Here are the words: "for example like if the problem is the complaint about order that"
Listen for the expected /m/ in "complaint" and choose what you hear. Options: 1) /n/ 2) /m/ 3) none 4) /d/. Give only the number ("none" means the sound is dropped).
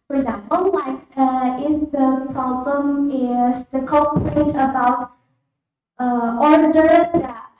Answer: 3